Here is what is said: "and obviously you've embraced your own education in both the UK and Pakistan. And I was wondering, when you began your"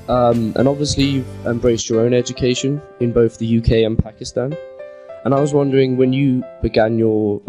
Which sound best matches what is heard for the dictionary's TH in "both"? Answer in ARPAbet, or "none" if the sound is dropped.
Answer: TH